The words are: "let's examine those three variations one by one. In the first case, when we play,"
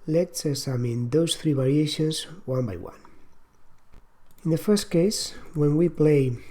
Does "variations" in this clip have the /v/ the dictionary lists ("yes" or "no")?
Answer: no